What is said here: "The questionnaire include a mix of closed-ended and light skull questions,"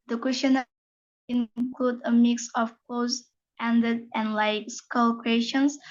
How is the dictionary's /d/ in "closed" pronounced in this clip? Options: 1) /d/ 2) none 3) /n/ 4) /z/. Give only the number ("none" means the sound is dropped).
2